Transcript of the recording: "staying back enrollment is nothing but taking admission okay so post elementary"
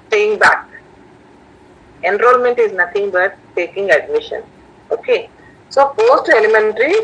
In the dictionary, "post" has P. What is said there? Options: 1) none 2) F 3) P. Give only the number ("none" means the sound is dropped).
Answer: 2